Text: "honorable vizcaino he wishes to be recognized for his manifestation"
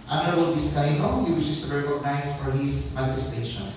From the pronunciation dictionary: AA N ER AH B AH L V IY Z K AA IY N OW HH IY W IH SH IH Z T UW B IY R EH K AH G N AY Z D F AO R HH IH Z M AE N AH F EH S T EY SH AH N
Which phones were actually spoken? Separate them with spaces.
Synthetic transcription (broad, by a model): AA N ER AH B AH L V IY S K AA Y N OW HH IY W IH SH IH S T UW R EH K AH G N AY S F AO R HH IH S M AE N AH F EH S T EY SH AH N